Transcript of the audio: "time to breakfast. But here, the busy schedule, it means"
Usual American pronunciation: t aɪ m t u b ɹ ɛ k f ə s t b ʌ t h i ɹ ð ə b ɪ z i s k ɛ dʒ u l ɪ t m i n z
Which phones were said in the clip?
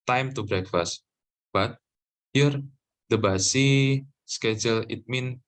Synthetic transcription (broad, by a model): t aɪ m t u b ɹ ɛ k f ə s t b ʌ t h i ɹ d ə b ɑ s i s k ɛ dʒ u l ɪ t m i n